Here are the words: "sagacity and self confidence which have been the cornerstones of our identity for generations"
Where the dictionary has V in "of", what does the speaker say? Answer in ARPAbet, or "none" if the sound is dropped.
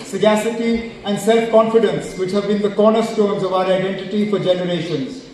V